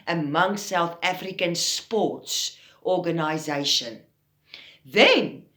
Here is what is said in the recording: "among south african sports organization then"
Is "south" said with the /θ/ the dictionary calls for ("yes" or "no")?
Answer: yes